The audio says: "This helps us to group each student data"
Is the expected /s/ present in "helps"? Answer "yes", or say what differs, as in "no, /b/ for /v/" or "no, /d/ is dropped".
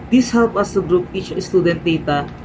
no, /s/ is dropped